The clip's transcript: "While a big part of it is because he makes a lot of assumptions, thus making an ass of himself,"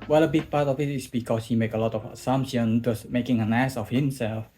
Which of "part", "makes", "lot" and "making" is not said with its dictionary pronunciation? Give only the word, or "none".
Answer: makes